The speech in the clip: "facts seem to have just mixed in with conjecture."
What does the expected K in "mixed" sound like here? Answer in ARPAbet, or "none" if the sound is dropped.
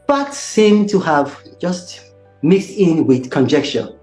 K